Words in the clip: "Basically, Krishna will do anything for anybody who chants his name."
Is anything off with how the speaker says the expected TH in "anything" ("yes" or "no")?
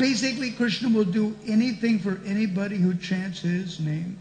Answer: no